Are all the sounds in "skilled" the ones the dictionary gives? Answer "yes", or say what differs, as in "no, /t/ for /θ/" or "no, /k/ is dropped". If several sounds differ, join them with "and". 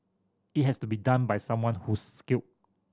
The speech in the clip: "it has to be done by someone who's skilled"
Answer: no, /d/ is dropped